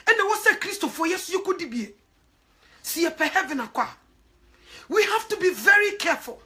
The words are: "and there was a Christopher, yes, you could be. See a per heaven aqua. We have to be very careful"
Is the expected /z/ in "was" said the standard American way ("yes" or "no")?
no